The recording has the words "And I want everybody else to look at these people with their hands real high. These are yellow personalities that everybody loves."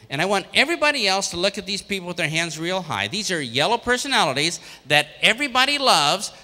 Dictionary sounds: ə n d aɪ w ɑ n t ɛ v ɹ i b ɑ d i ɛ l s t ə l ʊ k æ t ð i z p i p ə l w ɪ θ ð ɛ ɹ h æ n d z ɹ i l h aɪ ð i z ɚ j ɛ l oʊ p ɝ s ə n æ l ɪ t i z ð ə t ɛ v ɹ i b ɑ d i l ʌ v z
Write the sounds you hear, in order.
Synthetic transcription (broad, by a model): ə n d aɪ w ɑ n t ɛ v ɹ i b ɑ d i ɛ l s t ə l ʊ k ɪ t ð i z p i p l w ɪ ð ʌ ɹ h æ n d z ɹ i l h aɪ ð i z ɚ j ɛ l oʊ p ɝ s ə n æ l ɪ t i z ð ə t ɛ v ɹ i b ɑ d i l ʌ v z